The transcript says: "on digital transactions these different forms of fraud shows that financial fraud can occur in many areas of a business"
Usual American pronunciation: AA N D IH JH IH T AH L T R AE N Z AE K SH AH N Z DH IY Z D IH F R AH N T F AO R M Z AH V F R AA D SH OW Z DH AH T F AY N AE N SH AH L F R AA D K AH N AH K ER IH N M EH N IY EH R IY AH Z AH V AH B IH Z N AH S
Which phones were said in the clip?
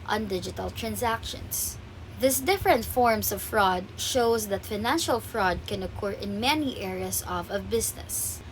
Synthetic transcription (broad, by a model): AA N D IH JH IH T AH L T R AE N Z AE K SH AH N S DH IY S D IH F R AH N T F AO R M S AH V F R AA D SH OW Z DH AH T F AY N AE N SH AH L F R AA D K AH N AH K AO IH N M EH N IY EH R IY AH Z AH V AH B IH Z N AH S